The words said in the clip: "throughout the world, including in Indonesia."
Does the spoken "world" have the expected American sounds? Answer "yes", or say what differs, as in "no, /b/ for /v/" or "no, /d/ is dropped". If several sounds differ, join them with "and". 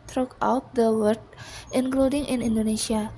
no, /l/ is dropped